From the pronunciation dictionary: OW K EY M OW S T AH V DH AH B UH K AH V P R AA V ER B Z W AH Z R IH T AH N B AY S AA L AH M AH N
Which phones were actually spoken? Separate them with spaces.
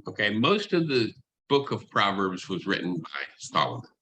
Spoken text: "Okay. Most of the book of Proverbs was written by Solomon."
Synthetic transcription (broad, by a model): OW K EY M OW S T AH V DH AH B UH K AH V P R AA V ER B Z W AH Z R IH T N B AY S AA L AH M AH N